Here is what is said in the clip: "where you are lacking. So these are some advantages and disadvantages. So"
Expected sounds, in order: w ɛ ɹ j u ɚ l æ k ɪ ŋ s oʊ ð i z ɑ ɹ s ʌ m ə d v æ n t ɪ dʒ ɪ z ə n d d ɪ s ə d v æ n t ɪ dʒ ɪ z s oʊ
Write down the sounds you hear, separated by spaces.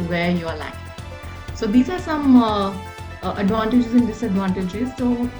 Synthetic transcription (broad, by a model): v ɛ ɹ j u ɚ l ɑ ɪ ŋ s oʊ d i z ɑ ɹ s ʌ m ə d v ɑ n t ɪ dʒ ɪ z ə n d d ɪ s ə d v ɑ n t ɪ dʒ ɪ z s oʊ